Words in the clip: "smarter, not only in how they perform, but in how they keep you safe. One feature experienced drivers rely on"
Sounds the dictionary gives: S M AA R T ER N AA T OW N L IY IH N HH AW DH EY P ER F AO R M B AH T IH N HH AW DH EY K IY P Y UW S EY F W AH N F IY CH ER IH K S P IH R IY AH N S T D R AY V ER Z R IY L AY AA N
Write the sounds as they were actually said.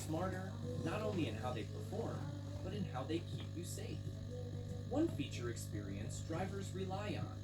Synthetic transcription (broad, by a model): S M AA R T ER N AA T OW N L IY IH N HH AW DH EY P ER F AO R M B AH T IH N HH AW DH EY K IY P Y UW S EY F W AH N F IY CH ER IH K S P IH R IY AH N S D R AY V ER Z R IY L AY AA N